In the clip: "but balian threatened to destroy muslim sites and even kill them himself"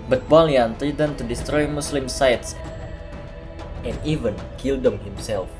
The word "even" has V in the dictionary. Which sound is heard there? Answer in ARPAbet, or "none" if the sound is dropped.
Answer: V